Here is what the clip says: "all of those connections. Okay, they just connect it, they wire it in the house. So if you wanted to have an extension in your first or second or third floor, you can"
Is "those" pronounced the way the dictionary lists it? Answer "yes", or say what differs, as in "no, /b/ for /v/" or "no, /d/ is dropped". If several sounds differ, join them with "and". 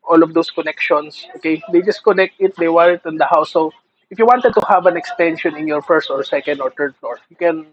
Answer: no, /s/ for /z/